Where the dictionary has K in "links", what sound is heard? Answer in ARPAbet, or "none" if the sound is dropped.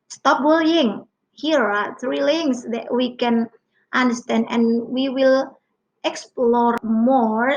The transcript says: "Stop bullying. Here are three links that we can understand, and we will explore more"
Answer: none